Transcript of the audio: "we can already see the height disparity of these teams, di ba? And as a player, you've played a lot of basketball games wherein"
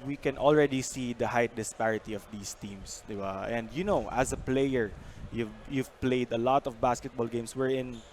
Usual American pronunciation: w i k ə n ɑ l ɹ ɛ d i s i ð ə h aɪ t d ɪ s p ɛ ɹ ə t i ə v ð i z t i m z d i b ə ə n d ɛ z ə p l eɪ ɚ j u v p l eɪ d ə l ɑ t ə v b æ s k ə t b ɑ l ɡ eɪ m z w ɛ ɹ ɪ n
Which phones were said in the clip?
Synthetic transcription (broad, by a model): w i k ə n ɑ l ɹ ɛ d i s i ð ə h aɪ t d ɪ s p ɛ ɹ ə t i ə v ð i s t i m s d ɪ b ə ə n d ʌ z ə p l eɪ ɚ j u v p l eɪ d ə l ɑ t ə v b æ s k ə t b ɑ l ɡ eɪ m s w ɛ ɹ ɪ n